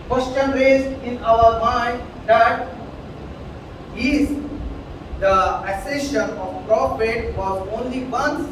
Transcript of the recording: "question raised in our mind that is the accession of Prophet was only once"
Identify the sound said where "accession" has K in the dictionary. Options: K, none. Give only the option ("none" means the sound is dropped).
none